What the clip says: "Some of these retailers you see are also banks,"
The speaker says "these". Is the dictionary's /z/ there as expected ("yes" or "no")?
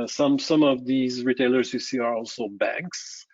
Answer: yes